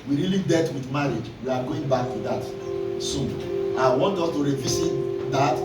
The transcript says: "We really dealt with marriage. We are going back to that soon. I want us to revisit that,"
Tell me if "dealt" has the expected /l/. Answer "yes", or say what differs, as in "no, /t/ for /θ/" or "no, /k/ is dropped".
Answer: no, /l/ is dropped